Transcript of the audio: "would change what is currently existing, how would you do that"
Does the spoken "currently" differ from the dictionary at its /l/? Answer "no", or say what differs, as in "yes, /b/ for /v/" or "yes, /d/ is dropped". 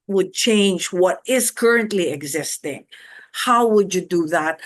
no